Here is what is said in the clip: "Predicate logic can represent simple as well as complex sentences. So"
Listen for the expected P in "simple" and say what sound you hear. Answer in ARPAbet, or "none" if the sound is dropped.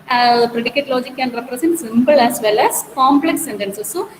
B